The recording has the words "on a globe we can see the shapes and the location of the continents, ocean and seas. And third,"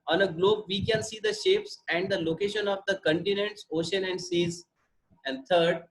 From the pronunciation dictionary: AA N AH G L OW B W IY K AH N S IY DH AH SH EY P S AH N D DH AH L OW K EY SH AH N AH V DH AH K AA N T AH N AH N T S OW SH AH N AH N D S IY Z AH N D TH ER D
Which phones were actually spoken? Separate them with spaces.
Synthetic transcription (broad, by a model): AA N AH G L OW B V IY K AH N S IY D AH SH EY P S AH N D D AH L OW K EY SH AH N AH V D AH K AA N T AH N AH N T S OW SH AH N AH N D S IY Z AH N D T ER D